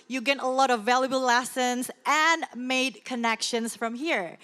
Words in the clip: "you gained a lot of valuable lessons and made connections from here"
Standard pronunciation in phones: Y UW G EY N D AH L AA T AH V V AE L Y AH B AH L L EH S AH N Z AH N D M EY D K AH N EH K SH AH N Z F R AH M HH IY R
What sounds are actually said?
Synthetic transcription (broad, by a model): Y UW G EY D AH L AA T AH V V AE L Y AH B AH L L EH S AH N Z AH N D M EY D K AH N EH K SH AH N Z F R AH M HH IY R